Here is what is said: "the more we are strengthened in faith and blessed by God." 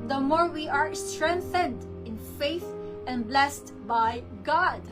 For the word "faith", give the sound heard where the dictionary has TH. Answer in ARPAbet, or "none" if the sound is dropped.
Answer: TH